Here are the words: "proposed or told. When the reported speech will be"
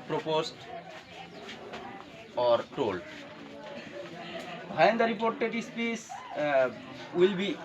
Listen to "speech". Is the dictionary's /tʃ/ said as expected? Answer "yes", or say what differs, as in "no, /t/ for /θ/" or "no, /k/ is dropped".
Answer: no, /s/ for /tʃ/